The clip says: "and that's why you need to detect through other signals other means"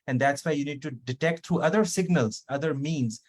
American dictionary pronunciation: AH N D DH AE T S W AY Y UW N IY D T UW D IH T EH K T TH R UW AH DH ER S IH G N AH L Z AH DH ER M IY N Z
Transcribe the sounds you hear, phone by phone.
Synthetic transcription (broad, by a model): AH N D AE T S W AY Y UW N IY D T UW D IH T EH K T T R UW AH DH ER S IH G N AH L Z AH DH ER M IY N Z